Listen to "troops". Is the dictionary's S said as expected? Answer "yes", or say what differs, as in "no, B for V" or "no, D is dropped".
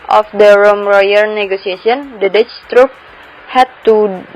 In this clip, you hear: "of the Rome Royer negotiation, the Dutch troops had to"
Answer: no, S is dropped